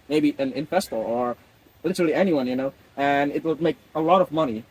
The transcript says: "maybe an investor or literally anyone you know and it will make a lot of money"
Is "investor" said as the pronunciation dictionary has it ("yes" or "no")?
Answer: no